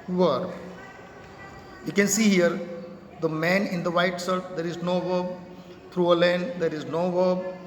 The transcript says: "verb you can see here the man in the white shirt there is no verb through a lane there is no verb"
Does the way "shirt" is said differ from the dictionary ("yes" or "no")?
yes